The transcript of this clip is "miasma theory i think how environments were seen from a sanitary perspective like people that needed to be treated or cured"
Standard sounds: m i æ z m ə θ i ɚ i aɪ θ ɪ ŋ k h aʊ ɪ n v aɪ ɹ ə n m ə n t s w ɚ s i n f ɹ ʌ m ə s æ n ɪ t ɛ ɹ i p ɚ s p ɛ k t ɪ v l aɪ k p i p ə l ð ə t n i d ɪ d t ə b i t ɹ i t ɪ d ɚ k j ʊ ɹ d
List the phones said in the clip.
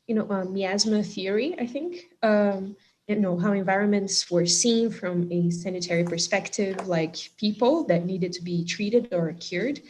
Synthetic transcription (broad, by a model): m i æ z m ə θ i ɚ i aɪ θ ɪ ŋ k h aʊ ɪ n v aɪ ɹ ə n m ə n t s w ɚ s i n f ɹ ʌ m ə s æ n ɪ t ɛ ɹ i p ɚ s p ɛ k t ɪ v l aɪ k p i p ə l ð ə t n i d ɪ d t ə b i t ɹ i t ɪ d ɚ k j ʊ ɹ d